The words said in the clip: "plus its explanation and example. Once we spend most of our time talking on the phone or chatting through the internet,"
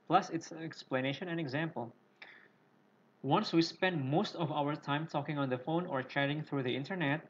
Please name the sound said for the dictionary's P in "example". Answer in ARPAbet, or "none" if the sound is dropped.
P